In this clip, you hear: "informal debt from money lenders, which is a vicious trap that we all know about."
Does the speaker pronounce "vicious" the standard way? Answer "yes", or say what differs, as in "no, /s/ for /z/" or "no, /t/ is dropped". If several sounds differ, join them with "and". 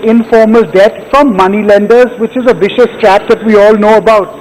yes